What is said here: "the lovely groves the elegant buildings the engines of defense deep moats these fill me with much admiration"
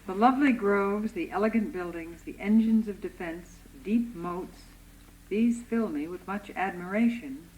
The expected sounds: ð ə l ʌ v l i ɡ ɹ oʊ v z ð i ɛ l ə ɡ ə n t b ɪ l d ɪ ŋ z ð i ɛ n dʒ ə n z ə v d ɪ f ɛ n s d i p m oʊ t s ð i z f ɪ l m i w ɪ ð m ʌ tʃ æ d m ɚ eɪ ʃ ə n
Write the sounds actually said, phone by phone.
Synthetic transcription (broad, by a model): ð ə l ʌ v l i ɡ ɹ oʊ v z ð i ɛ l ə ɡ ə n b ɪ l d ɪ ŋ z ð i ɛ n dʒ ə n z ə v d ɪ f ɛ n s d i p m oʊ t s ð i z f ɪ l m i w ɪ ð m ʌ tʃ æ d m ɚ eɪ ʃ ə n